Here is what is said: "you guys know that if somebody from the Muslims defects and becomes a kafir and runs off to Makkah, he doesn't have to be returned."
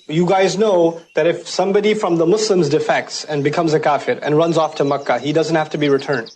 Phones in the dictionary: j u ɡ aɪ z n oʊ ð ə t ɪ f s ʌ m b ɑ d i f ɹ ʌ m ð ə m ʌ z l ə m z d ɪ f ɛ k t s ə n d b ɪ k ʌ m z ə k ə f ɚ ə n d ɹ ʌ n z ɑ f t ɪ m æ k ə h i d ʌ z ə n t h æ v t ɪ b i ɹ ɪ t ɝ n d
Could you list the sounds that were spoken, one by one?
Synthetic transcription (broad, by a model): j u ɡ aɪ z n oʊ ð ə t ɪ f s ʌ m b ɑ d i f ɹ ʌ m ð ə m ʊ s l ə m z d ɪ f ɛ k t s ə n b ɪ k ʌ m z ə k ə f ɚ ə n ɹ ʌ n z ɑ f t ɪ m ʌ k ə h i d ʌ z ə n t h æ f t ɪ b i ɹ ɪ t ɝ n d